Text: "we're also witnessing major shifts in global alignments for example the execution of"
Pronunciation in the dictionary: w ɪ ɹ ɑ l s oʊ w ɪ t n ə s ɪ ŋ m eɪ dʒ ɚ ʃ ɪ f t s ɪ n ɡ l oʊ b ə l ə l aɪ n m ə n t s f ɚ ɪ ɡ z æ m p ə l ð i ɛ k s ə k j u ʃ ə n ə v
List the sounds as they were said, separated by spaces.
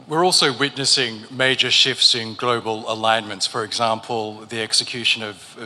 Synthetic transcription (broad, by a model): w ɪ ɹ ɑ l s oʊ w ɪ t n ə s ɪ ŋ m eɪ dʒ ɚ ʃ ɪ f t s ɪ n ɡ l oʊ b ə l ə l aɪ n m ə n t s f ɚ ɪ ɡ z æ m p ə l ð i ɛ k s ə k j u ʃ ə n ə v